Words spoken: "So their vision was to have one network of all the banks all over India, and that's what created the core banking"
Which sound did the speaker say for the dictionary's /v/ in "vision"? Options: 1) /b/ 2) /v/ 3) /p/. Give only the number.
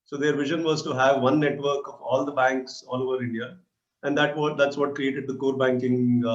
2